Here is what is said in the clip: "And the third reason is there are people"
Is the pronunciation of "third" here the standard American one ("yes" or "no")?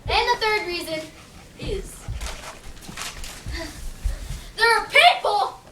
yes